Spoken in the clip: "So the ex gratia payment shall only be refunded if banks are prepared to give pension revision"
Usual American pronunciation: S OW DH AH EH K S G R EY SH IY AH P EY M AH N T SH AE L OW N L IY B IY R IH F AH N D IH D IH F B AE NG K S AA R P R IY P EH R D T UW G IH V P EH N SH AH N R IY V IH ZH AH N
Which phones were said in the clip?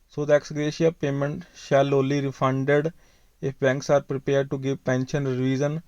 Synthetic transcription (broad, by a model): S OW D EH K S G R EY SH IY AH P EY M AH N T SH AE L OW L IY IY R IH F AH N D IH D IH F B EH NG K S AA R P R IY P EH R D T UW G IH V P EH N SH AH N R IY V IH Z AH N